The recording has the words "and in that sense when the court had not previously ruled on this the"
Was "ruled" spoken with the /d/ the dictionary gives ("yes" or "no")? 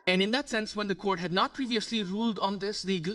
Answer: yes